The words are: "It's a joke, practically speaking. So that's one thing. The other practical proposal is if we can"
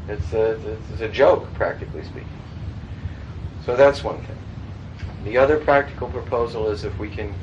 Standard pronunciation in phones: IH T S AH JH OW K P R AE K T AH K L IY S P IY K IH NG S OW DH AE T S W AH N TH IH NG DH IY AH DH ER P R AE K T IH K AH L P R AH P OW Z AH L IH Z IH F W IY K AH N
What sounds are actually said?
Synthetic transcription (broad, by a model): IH T S AH JH OW K P R AE K T AH K L IY S P IY K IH NG S OW DH AE T S W AH N TH IH NG DH IY AH DH ER P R AE K T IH K L P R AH P OW Z L IH Z IH F W IY K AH N